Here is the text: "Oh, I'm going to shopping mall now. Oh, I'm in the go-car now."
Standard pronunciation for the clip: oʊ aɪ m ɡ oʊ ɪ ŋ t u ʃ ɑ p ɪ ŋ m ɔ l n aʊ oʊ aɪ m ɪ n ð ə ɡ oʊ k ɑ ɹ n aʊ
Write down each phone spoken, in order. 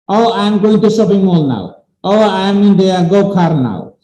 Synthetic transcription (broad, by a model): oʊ aɪ m ɡ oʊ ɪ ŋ t u s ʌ b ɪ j m ɔ l n aʊ oʊ aɪ m ɪ n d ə ɡ oʊ k ɑ ɹ n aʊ